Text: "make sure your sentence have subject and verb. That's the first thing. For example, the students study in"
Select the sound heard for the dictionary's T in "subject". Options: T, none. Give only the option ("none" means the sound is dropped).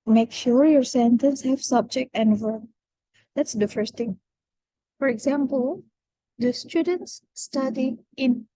T